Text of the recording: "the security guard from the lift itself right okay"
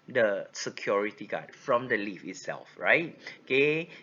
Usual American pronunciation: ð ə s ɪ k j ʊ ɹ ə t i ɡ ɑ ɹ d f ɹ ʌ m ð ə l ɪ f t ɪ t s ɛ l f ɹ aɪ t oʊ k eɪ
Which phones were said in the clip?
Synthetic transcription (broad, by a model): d ə s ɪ k j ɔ ɹ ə t i ɡ ɑ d f ɹ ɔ m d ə l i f ɪ t s ɛ l f ɹ aɪ t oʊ k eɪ